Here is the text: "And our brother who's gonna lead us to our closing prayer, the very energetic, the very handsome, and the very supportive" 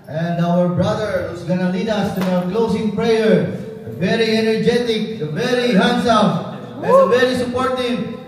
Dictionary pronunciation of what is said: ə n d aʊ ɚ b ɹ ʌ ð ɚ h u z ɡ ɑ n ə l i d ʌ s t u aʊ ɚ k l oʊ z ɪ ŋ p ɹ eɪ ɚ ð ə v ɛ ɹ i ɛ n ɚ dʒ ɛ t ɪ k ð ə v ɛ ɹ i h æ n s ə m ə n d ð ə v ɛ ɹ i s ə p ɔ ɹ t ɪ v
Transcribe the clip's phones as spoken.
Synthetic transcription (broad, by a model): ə n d aʊ ɚ b ɹ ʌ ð ɚ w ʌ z ɡ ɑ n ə l i d ʌ s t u aʊ ɚ k l oʊ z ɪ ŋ p ɹ eɪ ɚ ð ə v ɛ ɹ i ɛ n ɚ dʒ ɛ t ɪ k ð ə v ɛ ɹ i h æ n s ə m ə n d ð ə v ɛ ɹ i s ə p ɔ ɹ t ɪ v